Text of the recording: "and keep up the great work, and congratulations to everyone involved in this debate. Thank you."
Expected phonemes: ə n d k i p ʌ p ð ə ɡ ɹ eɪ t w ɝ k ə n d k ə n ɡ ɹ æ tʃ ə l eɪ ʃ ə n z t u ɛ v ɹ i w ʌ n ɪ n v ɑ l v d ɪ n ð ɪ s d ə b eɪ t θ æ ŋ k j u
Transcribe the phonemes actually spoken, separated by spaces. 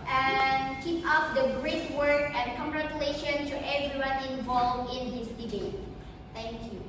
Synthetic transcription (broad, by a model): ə n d k i p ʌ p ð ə ɡ ɹ eɪ t w ɝ k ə n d k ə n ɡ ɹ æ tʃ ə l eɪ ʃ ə n t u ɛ v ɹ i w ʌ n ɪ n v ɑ l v ɪ n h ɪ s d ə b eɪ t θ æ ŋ k j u